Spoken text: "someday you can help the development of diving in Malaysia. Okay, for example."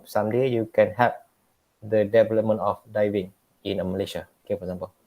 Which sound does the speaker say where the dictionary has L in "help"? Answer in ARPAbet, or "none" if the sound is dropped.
none